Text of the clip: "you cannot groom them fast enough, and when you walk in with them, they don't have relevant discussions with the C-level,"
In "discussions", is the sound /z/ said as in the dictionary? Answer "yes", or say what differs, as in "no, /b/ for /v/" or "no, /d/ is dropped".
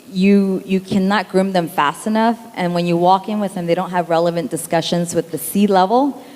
yes